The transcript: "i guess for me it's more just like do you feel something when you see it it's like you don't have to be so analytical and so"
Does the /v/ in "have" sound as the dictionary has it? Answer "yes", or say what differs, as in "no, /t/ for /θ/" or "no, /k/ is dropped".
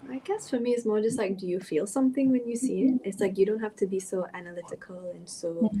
no, /f/ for /v/